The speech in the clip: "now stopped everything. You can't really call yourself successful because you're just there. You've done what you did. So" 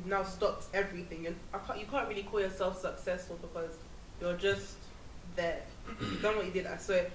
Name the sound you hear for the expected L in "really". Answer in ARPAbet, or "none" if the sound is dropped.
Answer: L